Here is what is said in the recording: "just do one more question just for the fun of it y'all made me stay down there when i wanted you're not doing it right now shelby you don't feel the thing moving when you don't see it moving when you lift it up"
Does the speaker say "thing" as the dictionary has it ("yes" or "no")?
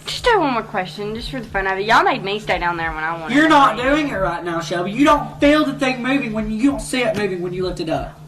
yes